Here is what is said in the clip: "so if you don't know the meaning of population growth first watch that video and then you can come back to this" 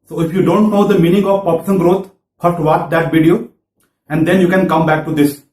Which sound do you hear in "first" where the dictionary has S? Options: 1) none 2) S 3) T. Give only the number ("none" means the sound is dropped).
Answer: 1